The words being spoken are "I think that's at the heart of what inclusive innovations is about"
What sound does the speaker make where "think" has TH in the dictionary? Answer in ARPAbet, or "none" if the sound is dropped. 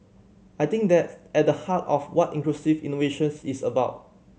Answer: T